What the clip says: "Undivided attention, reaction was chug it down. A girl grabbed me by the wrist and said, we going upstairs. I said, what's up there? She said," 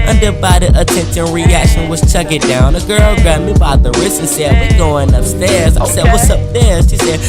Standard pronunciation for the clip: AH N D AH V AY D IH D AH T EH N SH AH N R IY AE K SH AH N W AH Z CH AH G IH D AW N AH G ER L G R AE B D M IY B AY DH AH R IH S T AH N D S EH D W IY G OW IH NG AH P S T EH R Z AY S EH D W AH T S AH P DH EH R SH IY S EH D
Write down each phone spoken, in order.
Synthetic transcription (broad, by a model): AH N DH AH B AY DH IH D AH T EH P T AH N R IY AE K SH AH N W AH Z CH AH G IH D AW N AH G ER L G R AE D M IY B AY DH AH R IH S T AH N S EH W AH G OW IH NG AH P S T EH R Z AY S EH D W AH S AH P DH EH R SH IY S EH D